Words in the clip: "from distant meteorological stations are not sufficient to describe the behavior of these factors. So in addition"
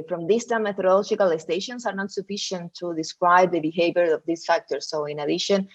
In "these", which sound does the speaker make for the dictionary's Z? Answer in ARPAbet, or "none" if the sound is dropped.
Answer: S